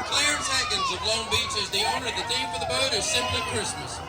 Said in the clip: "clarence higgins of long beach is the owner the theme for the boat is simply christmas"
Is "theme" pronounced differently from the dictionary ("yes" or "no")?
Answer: yes